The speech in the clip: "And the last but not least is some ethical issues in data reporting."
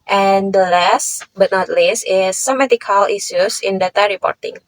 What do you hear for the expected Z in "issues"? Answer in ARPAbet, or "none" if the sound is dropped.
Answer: S